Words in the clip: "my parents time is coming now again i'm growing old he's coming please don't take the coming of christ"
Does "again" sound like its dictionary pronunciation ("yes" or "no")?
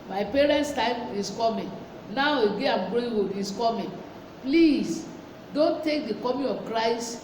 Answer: no